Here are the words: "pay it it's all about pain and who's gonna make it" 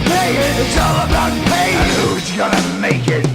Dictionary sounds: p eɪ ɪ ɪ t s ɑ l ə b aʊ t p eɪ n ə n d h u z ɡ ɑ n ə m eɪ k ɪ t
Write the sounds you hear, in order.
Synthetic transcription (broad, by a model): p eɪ ɪ ɪ t s ɑ l ə b aʊ t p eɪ ə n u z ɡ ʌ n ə m eɪ k ɪ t